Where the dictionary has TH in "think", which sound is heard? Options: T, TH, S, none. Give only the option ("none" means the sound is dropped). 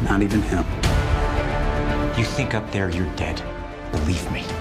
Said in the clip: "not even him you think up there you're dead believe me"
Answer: TH